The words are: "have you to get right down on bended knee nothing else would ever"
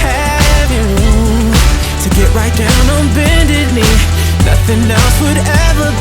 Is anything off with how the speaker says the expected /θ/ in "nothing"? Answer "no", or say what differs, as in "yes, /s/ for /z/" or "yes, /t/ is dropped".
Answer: no